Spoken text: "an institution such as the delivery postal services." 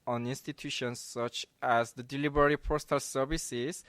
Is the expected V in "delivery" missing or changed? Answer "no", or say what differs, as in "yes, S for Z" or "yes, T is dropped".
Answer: yes, B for V